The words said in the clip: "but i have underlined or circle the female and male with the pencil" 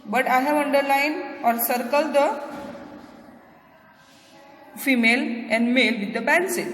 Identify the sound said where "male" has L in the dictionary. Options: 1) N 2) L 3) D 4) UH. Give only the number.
2